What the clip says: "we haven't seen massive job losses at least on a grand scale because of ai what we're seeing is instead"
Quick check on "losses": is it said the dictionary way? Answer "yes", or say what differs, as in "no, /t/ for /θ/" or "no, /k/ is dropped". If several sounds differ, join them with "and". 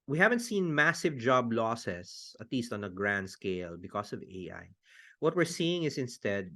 no, /s/ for /z/